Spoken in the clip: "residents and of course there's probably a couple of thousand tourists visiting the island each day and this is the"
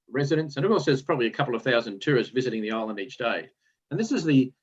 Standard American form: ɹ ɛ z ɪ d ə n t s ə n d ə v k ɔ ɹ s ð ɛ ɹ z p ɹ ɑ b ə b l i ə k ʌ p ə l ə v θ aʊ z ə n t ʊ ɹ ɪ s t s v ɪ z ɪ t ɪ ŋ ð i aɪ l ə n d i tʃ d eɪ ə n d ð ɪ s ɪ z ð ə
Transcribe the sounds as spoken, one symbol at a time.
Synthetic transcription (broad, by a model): ɹ ɛ z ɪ d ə n s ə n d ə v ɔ l s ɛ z p ɹ ɑ b ə b l i ə k ʌ p l ə v θ aʊ z ə n t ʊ ɹ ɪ s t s v ɪ z ɪ t ɪ ŋ ð i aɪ l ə n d i tʃ d eɪ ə n ð ɪ s ɪ z ð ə